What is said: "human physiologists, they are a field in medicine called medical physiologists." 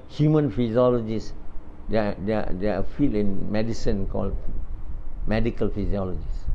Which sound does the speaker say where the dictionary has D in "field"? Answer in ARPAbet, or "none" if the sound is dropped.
none